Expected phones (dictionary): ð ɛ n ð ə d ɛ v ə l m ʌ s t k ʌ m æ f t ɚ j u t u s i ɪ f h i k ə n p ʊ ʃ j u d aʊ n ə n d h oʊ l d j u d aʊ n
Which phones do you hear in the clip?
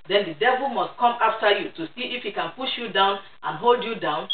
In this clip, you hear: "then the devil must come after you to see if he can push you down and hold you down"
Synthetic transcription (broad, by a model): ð ɛ n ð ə d ɛ v ə l m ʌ s t k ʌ m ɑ f t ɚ j u t u s i ɪ f h i k ə n p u ʃ j u d aʊ n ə n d h oʊ l d j u d aʊ n